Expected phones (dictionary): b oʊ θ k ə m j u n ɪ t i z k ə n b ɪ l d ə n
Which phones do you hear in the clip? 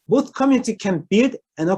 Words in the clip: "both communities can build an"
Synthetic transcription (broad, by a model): b oʊ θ k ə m j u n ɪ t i k ə n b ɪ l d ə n